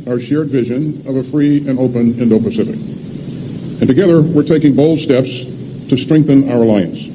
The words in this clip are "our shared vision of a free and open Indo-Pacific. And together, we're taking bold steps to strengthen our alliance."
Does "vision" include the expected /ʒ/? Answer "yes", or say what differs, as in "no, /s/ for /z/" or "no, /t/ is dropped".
yes